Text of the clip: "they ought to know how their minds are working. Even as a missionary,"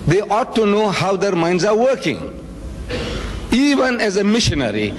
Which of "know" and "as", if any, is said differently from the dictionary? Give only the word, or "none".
none